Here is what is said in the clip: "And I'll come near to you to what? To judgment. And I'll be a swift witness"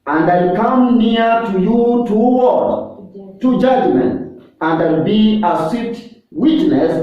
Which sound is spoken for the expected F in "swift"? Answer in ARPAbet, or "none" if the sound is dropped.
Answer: none